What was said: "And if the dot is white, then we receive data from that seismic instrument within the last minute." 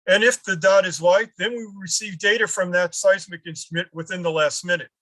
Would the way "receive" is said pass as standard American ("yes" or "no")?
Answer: yes